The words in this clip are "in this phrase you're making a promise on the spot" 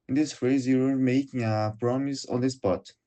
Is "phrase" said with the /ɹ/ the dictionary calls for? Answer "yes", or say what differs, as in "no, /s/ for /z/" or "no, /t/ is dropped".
no, /ɹ/ is dropped